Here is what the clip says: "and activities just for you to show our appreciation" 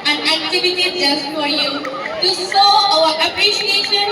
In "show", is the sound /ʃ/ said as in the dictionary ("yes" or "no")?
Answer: no